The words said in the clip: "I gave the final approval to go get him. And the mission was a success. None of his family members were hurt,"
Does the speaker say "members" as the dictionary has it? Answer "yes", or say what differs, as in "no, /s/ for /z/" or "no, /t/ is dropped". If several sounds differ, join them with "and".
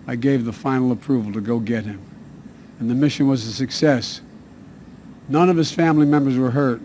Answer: yes